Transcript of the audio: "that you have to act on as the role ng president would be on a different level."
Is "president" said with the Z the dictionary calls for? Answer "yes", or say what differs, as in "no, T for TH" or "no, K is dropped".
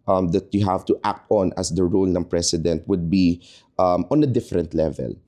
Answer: no, S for Z